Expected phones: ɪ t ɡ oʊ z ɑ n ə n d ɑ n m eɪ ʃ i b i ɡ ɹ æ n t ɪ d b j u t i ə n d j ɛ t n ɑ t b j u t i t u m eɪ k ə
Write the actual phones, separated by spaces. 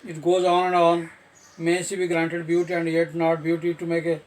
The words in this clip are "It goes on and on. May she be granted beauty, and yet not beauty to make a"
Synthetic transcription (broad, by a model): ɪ t ɡ oʊ z ɑ n ə n d ɑ n m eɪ s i b i ɡ ɹ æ n t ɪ d b j u t i ə n d j ɛ t n ɑ t b j u t i t u m eɪ k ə